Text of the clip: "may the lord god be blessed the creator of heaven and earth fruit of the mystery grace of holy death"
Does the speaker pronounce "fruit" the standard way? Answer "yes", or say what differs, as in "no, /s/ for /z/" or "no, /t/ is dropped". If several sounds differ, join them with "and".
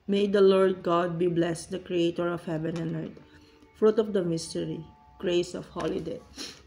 yes